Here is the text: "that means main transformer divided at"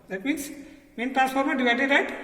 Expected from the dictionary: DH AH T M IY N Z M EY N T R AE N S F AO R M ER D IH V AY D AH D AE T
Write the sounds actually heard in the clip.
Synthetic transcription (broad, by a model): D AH T M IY N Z M EY N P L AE S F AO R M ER D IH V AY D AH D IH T